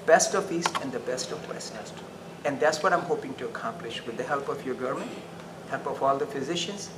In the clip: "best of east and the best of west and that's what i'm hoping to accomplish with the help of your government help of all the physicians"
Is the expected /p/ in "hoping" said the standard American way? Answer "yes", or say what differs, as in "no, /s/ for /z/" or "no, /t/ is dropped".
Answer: yes